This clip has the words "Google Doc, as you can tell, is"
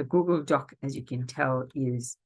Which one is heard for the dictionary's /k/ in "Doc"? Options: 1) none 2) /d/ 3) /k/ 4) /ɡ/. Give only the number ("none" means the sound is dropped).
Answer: 3